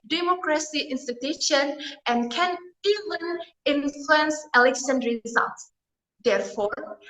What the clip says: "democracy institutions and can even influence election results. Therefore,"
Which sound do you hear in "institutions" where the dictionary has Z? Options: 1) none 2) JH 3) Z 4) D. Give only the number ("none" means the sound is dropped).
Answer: 1